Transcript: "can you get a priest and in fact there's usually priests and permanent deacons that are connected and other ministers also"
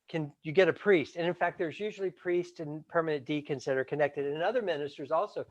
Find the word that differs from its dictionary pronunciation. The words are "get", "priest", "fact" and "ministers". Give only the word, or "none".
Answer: none